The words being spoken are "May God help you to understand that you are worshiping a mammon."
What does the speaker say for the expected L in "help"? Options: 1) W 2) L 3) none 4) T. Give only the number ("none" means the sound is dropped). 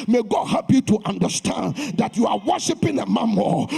3